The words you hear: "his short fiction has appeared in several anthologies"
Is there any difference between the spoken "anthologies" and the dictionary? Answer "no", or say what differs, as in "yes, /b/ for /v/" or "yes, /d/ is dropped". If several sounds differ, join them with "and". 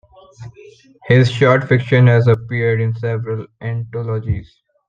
yes, /t/ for /θ/